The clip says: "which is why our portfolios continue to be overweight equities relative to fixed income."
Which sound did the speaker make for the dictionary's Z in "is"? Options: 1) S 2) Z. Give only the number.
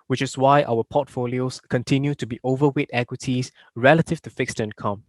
1